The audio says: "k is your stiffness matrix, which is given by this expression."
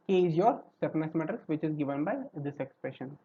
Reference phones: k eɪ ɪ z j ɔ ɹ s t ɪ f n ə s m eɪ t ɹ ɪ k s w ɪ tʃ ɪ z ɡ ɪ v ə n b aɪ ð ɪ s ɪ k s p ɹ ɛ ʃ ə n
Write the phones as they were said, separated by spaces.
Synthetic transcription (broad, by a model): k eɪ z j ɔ ɹ s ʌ p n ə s m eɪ t ɹ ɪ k s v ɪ tʃ ɪ z ɡ ɪ v ə n b aɪ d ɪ s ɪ k s p ɹ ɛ ʃ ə n